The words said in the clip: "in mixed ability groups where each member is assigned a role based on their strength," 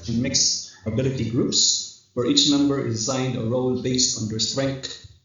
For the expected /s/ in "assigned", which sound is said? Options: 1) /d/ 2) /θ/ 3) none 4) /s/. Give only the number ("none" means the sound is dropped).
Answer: 3